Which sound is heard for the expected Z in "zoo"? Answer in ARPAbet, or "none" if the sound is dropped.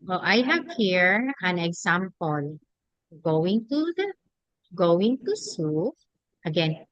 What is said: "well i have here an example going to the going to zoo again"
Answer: S